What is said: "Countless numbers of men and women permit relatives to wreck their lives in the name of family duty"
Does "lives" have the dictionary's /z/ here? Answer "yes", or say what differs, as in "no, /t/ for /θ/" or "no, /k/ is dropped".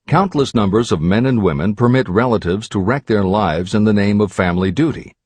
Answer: yes